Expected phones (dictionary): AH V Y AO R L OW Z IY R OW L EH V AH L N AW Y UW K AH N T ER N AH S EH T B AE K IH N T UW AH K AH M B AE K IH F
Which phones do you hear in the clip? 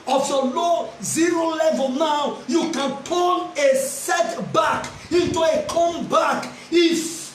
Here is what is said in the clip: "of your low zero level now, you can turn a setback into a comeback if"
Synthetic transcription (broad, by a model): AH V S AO L OW Z IY R OW L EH V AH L N AW Y UW K AH N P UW L AH S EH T B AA K IH N T UW AH K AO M B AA K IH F